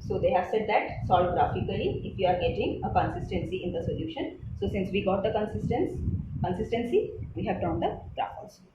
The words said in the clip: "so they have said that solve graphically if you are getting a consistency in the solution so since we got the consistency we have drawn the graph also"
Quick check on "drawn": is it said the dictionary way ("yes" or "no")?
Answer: no